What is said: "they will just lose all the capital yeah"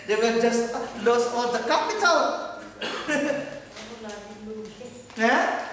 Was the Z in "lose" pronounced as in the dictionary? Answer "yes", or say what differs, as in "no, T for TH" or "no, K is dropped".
no, S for Z